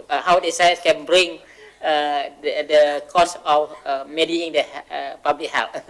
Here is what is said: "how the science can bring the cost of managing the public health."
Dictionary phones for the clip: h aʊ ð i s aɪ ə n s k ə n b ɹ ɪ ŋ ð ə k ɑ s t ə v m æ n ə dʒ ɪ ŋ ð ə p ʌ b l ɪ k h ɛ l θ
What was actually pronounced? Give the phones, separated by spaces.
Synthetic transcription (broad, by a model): h aʊ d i s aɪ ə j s k ə n b ɹ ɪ ŋ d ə k ɑ s ə f m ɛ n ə ɪ ŋ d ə p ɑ b l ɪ k h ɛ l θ